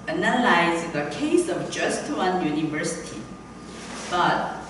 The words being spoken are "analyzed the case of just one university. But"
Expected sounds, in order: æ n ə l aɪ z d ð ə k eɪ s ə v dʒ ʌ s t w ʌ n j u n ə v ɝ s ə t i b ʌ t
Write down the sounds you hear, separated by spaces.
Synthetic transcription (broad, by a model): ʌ n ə l aɪ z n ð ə k eɪ s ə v dʒ ʌ s t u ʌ n j u n ə v ɝ s ə t i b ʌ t